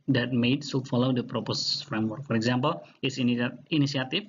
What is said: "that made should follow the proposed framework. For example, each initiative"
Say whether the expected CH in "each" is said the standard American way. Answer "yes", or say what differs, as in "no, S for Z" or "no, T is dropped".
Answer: no, S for CH